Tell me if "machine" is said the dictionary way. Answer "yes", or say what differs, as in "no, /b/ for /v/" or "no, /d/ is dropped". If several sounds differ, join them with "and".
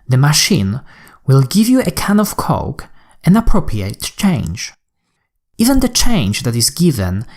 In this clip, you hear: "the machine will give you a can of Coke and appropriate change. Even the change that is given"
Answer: yes